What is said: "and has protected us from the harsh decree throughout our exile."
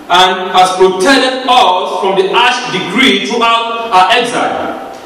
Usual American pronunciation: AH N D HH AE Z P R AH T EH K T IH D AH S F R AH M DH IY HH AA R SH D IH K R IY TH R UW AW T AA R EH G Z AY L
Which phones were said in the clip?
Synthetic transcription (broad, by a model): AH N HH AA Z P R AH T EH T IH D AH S F R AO M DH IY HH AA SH D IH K R IY T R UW AW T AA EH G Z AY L